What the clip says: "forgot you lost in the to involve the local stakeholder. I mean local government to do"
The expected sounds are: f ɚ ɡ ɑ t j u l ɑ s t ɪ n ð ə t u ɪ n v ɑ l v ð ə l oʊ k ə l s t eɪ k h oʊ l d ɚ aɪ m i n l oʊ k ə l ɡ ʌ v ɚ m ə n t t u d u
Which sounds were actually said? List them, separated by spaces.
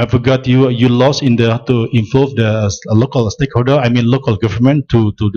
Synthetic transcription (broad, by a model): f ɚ ɡ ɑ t j u l ɑ s ɪ n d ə t u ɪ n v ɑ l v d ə l oʊ k ə l s t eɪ k h oʊ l d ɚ aɪ m i n l oʊ k ə l ɡ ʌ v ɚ m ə n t t u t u